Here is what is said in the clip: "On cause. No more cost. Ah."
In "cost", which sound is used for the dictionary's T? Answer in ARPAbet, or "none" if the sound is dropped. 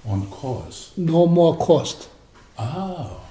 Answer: T